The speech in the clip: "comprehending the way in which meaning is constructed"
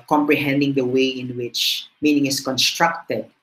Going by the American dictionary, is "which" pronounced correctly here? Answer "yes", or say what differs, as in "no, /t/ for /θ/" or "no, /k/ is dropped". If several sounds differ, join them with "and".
yes